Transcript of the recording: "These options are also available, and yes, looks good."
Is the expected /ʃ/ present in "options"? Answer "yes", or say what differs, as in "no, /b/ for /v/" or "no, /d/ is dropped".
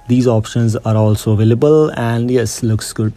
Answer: yes